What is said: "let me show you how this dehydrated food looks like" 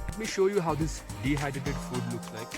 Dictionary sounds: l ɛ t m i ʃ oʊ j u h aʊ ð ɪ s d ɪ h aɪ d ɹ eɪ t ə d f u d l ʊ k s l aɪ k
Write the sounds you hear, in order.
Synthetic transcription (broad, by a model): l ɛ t m i ʃ oʊ j u h aʊ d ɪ s d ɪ h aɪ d ɪ t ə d f u d l ʊ k s l aɪ k